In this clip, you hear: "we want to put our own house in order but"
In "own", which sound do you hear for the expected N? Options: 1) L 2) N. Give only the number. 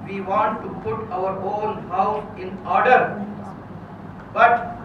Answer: 1